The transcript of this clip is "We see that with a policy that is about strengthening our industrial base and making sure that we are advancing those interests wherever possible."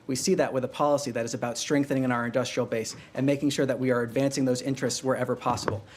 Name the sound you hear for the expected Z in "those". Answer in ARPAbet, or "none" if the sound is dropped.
Z